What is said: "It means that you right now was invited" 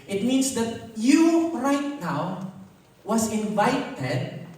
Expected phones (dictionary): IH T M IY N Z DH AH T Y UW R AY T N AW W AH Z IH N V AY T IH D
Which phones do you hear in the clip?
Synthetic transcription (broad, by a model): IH T M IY N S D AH T Y UW R AY T N AW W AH S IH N V AY T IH D